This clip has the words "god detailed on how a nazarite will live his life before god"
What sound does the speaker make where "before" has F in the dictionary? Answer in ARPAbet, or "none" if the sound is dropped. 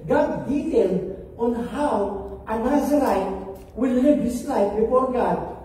F